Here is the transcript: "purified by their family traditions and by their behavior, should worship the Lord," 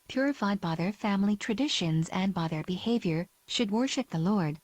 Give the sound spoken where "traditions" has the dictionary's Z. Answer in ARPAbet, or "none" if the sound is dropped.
Z